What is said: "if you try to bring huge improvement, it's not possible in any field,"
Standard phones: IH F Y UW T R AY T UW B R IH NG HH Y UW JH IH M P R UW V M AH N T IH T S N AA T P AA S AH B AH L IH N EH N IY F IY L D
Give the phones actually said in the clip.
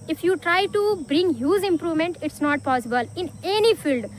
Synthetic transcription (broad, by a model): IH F Y UW T R AY T UW B R IH NG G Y UW Z IH M P R UW V M AH N T IH T S N AA T P AA S AH B AH L IH N EH N IY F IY L D